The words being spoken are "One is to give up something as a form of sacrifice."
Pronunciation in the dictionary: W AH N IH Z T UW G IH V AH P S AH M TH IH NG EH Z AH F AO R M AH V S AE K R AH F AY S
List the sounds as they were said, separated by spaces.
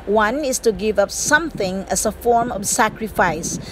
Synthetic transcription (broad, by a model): W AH N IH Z T UW G IH V AH P S AH M TH IH NG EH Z AH F AO R M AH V S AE K R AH F AY S